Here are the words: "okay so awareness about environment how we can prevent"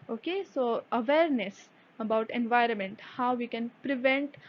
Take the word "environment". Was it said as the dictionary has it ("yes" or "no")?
yes